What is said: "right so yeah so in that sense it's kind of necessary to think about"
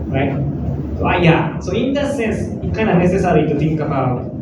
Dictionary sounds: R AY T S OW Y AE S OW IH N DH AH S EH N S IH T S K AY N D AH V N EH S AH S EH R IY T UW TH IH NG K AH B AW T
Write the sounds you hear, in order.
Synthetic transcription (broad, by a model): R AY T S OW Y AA S OW IH N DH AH S EH N S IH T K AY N AH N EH S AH S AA R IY T UW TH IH NG K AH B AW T